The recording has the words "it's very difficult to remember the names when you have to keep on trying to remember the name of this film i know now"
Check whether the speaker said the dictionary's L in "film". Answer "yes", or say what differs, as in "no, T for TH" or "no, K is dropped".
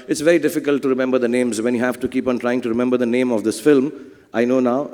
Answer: yes